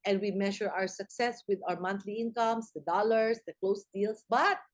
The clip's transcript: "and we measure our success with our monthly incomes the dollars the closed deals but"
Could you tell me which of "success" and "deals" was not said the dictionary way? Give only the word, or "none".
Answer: deals